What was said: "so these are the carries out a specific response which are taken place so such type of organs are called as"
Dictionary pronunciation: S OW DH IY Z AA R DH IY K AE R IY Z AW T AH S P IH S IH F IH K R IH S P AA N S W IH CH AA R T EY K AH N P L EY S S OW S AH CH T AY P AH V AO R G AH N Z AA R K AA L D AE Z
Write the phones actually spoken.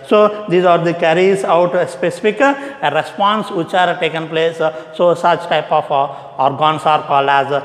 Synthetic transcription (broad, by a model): S OW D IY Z AA R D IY K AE R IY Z AW T AH S P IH S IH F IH K R IH S P AA N S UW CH AA R T EY K AH N P L EY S S OW S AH CH T AY P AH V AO R G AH N S AA R K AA L AE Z